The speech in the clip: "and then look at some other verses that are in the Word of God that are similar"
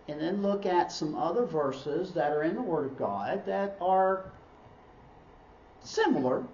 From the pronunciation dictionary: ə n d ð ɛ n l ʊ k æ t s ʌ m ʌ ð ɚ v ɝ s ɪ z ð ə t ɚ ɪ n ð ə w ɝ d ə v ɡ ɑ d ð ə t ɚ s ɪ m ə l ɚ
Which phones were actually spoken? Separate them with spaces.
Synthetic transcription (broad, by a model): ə n ð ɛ n l ʊ k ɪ t s ʌ m ʌ ð ɚ v ɝ s ɪ z ð ə t ɚ ɪ n ð ə w ɝ d ə v ɡ ɑ d ð ə t ɚ s ɪ m l ɚ